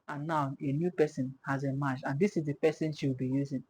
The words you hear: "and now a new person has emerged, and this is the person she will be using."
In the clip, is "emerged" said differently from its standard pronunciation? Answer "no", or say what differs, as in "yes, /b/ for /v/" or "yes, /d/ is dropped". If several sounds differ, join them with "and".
yes, /d/ is dropped